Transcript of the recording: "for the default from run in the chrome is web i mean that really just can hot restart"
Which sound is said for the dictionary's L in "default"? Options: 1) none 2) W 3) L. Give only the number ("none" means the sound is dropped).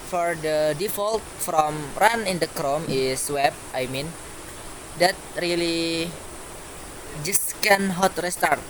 3